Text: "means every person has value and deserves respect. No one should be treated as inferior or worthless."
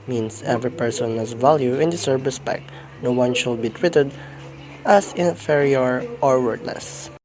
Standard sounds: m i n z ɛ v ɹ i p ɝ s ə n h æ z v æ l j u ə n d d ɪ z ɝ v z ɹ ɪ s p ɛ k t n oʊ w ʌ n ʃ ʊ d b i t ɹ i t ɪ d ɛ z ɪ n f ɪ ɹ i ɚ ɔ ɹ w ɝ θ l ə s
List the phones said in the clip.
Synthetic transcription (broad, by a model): m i n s ɛ v ɹ i p ɝ s ə n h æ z v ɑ l j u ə n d d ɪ s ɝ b ɹ ɪ s p ɛ k t n oʊ w ʌ n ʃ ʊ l b i t w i t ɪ d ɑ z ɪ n f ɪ ɹ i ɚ ɔ ɹ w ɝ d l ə s